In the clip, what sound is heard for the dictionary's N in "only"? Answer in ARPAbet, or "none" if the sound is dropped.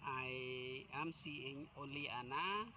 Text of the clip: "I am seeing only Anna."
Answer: none